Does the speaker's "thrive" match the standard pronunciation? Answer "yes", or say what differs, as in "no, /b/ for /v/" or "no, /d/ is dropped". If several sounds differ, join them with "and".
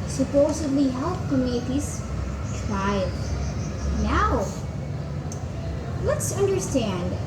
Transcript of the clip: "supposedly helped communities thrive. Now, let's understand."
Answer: no, /t/ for /θ/